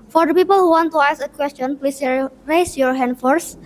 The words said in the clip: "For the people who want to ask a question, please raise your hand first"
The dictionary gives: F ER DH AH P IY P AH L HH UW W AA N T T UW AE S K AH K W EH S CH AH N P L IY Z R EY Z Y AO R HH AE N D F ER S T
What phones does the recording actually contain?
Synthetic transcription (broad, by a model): F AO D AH P IY P AH L HH UW W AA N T T UW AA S AH K W EH S CH AH N P L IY S R EY S Y AO R HH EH N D F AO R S